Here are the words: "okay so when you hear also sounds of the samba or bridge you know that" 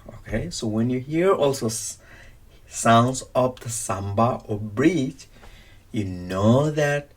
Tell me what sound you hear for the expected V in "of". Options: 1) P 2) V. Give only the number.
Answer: 1